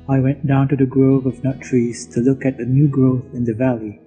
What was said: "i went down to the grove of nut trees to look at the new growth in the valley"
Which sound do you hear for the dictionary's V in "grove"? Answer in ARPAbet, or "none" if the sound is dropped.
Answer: V